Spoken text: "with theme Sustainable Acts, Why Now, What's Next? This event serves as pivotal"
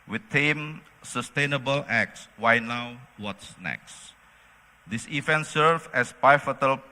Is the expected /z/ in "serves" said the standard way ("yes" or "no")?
no